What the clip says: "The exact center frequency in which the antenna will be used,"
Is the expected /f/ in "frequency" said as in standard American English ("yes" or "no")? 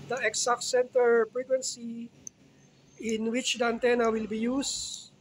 no